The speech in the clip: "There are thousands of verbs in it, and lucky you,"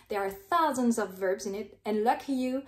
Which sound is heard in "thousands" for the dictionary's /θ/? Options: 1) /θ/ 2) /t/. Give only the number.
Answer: 1